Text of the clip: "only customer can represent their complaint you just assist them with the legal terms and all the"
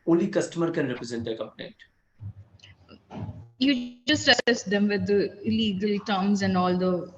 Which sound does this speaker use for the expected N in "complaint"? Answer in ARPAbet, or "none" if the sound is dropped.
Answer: none